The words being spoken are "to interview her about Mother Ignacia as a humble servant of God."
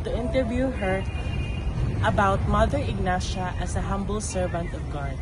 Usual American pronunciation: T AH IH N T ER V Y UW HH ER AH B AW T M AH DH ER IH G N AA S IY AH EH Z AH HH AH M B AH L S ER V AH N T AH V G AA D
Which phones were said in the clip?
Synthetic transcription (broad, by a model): T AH IH N T ER V Y UW HH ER AH B AW T M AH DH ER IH G N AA SH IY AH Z AH HH AH M B AH L S ER V AH N T AH V G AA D